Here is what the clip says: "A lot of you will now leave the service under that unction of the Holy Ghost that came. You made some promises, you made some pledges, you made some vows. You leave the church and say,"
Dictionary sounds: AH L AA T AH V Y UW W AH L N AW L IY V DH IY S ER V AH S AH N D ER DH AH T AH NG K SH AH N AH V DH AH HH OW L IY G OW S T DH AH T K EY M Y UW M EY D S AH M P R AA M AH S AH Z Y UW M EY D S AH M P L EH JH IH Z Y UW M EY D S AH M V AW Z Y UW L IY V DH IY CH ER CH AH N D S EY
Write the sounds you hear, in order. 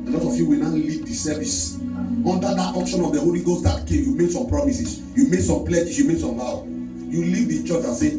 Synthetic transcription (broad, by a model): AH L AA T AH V Y UW W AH N AW L IY V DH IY S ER V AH S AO N D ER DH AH T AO K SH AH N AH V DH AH HH OW L IY G OW S T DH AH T K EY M Y UW M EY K S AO M P R AA M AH S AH S Y UW M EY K S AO M P L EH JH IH S Y UW M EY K S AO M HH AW Y UW L IY V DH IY CH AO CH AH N S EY